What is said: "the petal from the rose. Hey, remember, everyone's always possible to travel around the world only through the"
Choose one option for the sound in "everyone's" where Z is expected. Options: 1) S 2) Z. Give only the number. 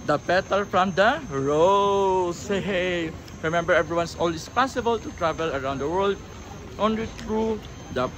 1